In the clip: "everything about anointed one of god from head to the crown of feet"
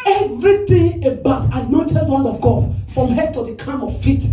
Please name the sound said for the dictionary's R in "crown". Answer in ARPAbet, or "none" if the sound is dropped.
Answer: none